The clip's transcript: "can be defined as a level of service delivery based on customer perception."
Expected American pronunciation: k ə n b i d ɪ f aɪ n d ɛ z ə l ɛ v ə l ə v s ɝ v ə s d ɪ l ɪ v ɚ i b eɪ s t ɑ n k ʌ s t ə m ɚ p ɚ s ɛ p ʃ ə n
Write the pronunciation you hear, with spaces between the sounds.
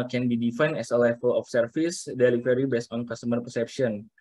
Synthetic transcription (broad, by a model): k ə n b i d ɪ f aɪ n ɛ s ə l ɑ f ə l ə f s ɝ f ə s d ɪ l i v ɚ i b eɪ s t ɑ n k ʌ s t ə m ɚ p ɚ s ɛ p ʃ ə n